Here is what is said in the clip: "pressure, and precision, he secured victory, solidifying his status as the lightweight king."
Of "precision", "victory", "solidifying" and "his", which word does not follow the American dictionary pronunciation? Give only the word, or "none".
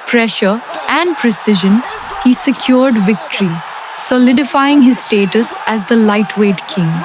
none